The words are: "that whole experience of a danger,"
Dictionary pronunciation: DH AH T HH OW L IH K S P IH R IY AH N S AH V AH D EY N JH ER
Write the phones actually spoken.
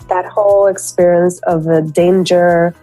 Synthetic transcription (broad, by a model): DH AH T HH OW L IH K S P IH R IY AH N S AH V AH D EY N JH ER